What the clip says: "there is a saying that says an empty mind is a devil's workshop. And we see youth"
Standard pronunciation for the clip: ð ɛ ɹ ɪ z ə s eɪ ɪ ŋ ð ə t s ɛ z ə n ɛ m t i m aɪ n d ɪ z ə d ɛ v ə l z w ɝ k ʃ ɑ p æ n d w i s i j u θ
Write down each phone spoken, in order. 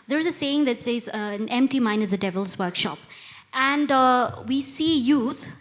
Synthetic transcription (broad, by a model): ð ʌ ɹ ɪ z ə s eɪ ɪ ŋ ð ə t s ɛ z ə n ɛ m t i m aɪ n ɪ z ə d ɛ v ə l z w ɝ k ʃ ɑ p æ n d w i s i j u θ